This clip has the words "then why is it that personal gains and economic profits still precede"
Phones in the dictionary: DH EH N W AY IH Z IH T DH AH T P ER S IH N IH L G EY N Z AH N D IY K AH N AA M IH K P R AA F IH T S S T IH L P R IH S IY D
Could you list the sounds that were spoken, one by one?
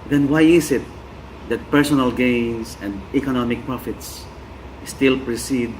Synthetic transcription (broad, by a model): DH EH N W AY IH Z IH T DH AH T P ER S IH N IH L G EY N S AH N D IY K AH N AA M IH K P R AA F IH T S S T IH L P R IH S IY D